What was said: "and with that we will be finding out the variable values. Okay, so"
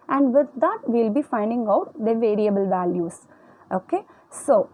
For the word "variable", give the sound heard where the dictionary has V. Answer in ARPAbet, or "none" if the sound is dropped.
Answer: V